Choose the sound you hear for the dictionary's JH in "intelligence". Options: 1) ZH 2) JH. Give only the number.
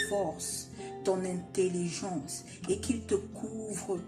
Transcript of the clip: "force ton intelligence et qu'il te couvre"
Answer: 1